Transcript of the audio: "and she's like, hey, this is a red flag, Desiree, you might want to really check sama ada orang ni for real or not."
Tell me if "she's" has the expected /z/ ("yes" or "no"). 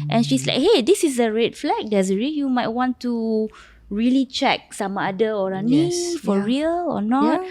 no